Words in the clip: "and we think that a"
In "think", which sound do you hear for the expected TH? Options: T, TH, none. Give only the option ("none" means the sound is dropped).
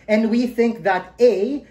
TH